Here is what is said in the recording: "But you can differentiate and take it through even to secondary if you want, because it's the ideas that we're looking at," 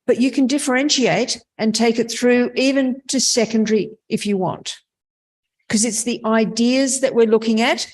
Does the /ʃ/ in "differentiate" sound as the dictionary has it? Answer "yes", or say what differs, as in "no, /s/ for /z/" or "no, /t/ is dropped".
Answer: yes